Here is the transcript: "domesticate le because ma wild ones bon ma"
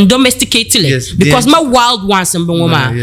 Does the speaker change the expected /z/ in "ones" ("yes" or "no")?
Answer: yes